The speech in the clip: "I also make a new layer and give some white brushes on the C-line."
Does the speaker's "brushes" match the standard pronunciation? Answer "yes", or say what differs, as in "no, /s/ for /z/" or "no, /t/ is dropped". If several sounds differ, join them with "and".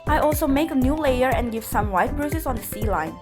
no, /s/ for /ʃ/